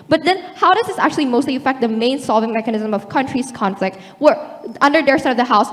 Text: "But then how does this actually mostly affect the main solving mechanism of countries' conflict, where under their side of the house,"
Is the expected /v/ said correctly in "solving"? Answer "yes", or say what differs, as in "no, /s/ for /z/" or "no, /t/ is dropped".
yes